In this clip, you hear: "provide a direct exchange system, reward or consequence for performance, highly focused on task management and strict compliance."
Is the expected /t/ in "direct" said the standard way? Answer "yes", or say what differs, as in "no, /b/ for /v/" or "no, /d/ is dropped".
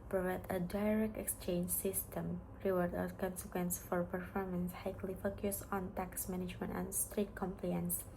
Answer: yes